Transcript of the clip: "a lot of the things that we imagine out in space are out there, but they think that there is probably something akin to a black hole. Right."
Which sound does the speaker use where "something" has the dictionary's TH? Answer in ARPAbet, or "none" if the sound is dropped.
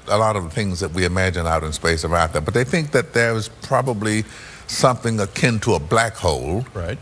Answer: TH